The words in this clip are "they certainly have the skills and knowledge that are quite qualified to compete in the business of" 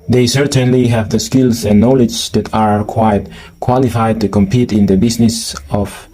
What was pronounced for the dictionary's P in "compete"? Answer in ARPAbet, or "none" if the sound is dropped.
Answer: P